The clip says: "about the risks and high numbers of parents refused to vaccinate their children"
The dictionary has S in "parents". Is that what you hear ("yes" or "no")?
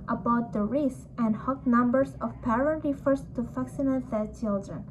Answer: no